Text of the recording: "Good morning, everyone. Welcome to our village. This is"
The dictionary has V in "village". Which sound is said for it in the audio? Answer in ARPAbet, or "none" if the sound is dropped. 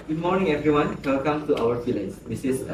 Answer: F